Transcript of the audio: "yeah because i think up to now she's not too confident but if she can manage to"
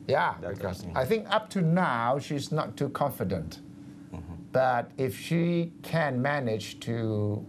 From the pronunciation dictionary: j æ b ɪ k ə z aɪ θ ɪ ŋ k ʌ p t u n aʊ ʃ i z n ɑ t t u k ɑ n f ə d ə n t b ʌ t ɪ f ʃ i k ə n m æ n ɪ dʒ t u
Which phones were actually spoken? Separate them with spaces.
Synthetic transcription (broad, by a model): j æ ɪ ə θ ɪ ŋ k ʌ p t u n aʊ ʃ i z n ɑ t t u k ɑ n f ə d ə n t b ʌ t ɪ f ʃ i k ə n m æ n ɪ dʒ t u